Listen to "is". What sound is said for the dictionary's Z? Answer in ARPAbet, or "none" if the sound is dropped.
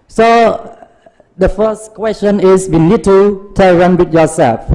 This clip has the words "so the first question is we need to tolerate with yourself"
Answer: S